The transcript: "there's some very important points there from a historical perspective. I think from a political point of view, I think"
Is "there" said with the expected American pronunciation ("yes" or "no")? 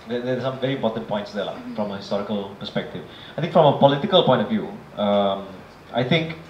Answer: no